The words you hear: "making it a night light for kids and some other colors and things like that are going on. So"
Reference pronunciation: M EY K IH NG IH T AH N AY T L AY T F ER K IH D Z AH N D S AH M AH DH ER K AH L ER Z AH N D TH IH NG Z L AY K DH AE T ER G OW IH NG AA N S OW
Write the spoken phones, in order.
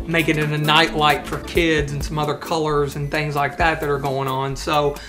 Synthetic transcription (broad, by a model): M EY K IH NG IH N AH N AY T L AY T F ER K IH D Z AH N S AH M AH DH ER K AH L ER Z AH N TH IH NG Z L AY K DH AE T ER G OW IH NG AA N S OW